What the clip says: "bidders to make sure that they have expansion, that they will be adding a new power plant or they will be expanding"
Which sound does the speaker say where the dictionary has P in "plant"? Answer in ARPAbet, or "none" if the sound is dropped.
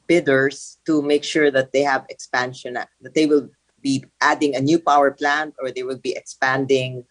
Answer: P